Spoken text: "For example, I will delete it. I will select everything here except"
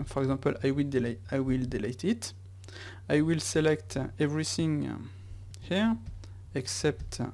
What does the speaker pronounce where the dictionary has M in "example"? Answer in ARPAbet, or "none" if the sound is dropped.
none